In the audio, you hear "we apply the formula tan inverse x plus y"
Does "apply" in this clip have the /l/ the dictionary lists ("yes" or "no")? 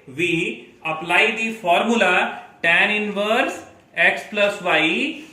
yes